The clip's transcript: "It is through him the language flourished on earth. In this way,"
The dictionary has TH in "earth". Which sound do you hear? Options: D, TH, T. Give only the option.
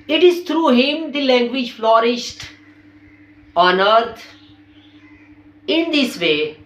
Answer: T